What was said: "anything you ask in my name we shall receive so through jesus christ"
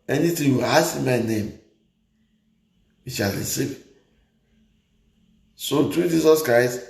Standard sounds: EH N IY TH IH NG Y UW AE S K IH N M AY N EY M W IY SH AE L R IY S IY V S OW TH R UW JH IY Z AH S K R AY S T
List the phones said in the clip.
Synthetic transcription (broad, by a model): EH N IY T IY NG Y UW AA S IH M AY N EY M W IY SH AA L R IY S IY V S OW T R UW JH IY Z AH S K R AY S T